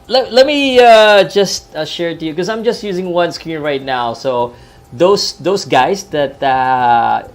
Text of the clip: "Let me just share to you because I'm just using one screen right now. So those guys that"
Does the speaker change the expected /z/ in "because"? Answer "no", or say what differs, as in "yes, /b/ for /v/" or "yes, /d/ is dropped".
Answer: yes, /z/ is dropped